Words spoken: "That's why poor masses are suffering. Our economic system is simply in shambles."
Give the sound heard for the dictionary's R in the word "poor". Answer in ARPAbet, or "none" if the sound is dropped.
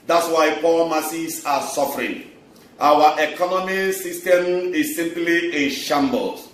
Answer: L